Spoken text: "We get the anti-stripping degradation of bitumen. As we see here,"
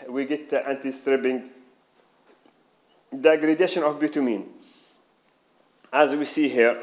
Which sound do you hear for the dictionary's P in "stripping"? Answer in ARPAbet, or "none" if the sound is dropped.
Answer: B